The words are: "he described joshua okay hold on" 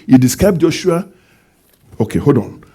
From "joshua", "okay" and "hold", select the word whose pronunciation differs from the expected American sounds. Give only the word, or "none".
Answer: hold